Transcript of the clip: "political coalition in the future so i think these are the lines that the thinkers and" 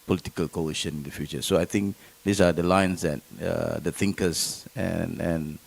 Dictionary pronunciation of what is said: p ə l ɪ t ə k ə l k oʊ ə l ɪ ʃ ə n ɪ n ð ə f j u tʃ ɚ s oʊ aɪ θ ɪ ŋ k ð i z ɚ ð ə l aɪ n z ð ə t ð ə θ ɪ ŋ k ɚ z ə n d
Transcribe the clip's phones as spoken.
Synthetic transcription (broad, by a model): p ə l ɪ t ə k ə l k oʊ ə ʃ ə n ɪ n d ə f j u tʃ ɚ s oʊ aɪ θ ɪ ŋ k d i s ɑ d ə l aɪ n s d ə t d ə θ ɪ ŋ k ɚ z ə n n